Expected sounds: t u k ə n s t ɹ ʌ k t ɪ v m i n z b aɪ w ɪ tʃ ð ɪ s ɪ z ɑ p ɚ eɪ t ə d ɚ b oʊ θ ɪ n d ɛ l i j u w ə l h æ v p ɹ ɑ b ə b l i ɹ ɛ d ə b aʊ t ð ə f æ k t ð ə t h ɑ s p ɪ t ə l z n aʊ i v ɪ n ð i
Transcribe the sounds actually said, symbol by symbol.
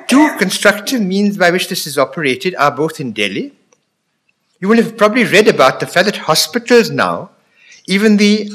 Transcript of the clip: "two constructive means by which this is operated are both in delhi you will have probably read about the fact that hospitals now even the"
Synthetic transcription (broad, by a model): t u k ə n s t ɹ ʌ k t ɪ v m i n z b aɪ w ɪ tʃ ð ɪ s ɪ z ɑ p ɚ eɪ t ə d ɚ b oʊ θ ɪ n d ɛ l i j u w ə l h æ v p ɹ ɑ b ə b l i ɹ ɛ d ə b aʊ t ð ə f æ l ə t h ɑ s p ɪ t ə l z n aʊ i v ɪ n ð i